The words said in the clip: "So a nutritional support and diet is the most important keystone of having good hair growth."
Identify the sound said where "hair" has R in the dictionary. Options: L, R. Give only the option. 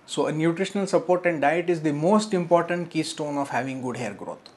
R